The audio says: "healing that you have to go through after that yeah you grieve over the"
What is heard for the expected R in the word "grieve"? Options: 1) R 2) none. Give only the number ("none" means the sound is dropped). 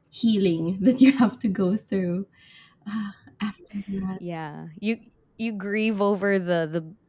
1